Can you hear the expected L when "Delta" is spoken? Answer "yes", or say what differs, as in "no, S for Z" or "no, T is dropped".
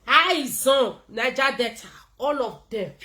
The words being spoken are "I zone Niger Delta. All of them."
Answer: no, L is dropped